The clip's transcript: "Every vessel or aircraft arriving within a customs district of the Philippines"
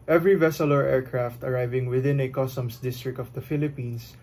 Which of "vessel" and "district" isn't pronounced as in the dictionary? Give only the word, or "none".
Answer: none